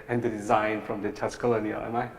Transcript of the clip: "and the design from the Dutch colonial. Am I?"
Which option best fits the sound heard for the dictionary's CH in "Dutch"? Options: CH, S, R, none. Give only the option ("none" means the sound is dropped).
S